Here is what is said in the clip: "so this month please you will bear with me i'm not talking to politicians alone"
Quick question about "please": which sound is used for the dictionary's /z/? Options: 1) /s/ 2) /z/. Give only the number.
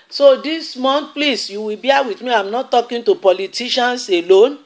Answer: 1